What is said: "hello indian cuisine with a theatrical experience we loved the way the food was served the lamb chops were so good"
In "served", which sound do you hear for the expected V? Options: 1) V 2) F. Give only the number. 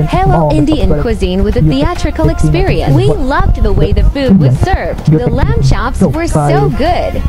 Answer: 1